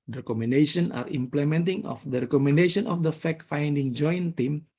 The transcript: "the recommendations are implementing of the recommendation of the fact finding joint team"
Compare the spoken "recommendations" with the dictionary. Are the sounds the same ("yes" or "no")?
no